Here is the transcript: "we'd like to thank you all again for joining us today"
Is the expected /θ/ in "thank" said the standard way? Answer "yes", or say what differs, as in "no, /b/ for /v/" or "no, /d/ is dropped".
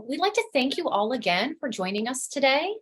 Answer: yes